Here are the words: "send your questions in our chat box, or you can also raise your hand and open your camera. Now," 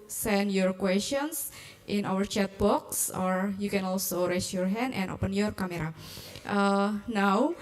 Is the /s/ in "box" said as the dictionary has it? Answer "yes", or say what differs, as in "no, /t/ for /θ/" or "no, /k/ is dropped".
yes